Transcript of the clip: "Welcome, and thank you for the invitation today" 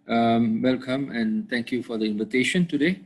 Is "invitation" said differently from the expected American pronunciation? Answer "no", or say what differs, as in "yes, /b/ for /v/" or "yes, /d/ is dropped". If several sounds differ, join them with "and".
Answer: no